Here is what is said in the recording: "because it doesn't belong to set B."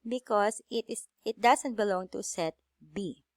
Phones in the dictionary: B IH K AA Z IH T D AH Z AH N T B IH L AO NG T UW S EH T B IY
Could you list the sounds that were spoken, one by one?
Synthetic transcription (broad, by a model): B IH K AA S IH T D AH S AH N T B IH L AO NG T UW S EH T B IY